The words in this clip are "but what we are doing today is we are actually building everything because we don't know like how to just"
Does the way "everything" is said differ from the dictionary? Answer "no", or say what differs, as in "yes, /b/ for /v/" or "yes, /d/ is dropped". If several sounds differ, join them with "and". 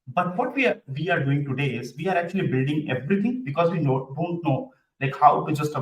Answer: yes, /t/ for /θ/